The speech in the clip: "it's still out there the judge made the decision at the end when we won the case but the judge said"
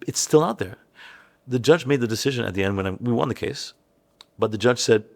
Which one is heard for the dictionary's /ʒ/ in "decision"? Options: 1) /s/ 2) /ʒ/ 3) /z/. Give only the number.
2